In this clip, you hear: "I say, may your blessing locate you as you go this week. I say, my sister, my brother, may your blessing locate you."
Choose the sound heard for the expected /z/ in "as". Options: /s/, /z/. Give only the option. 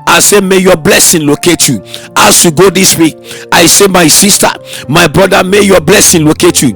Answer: /s/